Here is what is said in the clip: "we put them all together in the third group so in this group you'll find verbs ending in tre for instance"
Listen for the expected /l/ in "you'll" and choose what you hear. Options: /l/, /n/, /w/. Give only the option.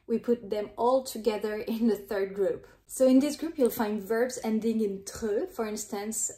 /l/